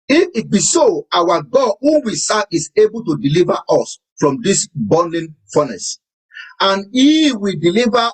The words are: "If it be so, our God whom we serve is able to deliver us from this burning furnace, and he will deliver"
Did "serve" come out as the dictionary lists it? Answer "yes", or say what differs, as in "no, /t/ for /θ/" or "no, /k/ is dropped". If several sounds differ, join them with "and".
no, /v/ is dropped